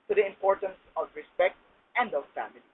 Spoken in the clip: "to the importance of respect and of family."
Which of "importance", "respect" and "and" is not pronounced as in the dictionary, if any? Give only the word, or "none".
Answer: none